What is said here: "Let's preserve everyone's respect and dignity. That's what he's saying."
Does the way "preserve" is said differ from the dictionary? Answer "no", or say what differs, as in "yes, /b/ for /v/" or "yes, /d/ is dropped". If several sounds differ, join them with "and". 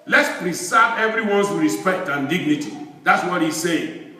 yes, /s/ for /z/